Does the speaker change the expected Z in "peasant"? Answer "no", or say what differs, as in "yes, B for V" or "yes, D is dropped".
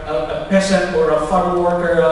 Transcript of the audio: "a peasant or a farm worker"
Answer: yes, S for Z